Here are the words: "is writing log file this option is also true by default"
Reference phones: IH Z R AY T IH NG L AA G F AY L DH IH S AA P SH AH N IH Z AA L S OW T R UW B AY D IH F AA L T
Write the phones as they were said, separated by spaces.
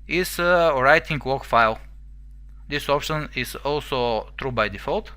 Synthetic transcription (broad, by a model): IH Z R AY T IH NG W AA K F AY L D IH S AA P SH AH N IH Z AA L S OW T R UW B AY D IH F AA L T